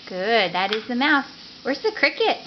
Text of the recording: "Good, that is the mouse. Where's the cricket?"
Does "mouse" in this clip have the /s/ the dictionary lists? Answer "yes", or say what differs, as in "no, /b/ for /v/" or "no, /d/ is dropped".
no, /θ/ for /s/